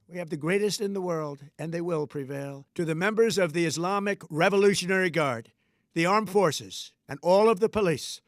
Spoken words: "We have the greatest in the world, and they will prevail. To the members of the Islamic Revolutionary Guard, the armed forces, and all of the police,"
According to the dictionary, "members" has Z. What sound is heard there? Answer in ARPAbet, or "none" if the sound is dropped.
Z